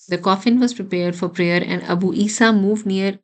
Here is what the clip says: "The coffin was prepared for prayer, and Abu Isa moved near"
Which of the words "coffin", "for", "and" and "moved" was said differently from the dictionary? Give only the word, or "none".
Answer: none